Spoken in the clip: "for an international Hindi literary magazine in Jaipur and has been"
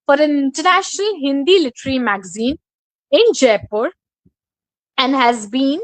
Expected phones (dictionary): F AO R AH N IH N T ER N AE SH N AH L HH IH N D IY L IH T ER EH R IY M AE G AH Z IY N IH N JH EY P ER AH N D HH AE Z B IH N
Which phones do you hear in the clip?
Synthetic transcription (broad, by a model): F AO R AH N IH N T ER N AE SH N AH L HH IH N D IY L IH T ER R IY M AE G AH Z IY N IH N JH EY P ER AH N D HH AE Z B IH N